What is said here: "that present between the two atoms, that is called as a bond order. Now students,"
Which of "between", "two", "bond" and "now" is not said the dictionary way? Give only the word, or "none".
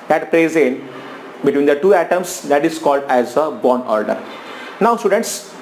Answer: bond